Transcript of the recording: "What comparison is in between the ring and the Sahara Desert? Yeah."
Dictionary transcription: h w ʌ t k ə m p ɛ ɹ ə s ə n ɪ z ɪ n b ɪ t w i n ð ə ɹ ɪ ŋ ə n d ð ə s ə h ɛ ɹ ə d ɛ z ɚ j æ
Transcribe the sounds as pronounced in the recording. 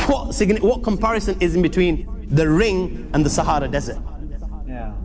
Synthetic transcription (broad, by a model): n w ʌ t k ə m p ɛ ɹ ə s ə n ɪ z ɪ n b ɪ t w i n ð ə ɹ ɪ ŋ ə n ð ə s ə h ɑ ɹ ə d ɛ z ɚ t